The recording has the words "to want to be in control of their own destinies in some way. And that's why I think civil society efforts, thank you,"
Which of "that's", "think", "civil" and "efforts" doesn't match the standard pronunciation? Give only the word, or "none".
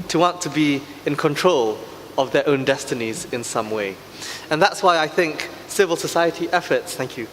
none